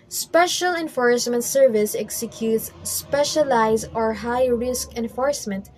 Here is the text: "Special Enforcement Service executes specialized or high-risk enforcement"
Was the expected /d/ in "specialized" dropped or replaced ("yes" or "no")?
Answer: yes